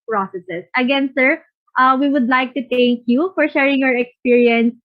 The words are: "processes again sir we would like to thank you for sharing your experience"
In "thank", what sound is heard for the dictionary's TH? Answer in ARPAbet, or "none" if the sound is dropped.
T